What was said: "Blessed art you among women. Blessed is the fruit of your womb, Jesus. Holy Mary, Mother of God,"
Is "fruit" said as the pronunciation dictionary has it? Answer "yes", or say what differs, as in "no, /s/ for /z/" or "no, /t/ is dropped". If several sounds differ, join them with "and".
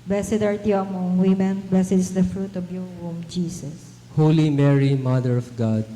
yes